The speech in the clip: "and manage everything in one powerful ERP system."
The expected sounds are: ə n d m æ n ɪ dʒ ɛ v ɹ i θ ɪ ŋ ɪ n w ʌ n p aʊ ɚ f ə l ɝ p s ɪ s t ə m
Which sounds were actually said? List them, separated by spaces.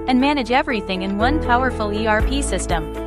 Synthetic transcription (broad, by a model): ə n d m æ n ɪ dʒ ɛ v ɹ i θ ɪ ŋ ɪ n w ʌ n p aʊ ɚ f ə l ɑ p s ɪ s t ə m